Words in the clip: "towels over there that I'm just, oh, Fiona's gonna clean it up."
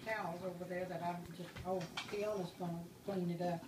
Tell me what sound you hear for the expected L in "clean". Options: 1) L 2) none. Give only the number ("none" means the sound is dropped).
2